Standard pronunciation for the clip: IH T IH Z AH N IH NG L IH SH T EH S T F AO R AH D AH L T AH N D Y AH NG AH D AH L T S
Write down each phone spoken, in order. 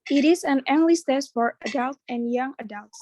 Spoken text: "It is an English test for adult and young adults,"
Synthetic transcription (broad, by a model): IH T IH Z AH N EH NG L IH S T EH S F AO R AH D AH L T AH N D Y AH NG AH D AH L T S